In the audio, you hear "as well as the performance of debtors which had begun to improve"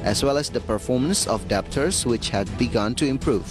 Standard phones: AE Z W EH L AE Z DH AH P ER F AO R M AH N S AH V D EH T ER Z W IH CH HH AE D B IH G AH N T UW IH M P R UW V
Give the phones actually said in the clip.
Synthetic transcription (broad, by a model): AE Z W EH L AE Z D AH P ER F AO R M AH N S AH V D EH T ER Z W IH CH HH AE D B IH G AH N T UW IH M P R UW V